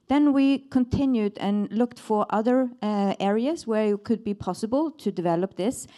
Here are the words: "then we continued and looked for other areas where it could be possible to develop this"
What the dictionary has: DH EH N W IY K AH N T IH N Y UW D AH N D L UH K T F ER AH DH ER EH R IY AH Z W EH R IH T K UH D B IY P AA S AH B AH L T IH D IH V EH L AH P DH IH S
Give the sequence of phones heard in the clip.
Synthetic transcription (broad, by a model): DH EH N W IY K AH N T IH N Y UW D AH N L UH K T F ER AH DH ER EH R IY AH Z W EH R IH T K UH D B IY P AA S AH B AH L T IH D IH V EH L AH P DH IH S